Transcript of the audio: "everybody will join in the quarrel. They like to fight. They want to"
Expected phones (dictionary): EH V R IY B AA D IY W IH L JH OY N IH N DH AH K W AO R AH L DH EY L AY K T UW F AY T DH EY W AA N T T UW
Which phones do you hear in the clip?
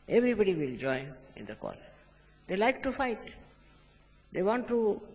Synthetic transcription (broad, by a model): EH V R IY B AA D IY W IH L JH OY IH N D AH K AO L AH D EY L AY K T UW F AY T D EY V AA N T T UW